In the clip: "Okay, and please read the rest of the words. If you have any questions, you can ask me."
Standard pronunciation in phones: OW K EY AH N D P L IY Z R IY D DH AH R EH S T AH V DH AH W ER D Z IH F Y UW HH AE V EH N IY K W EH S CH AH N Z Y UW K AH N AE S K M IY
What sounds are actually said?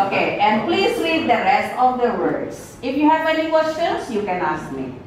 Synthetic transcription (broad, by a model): OW K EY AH N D P L IY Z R IY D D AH R EH S T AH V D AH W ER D S IH F Y UW HH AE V EH N IY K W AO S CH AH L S Y UW K AH N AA S K M IY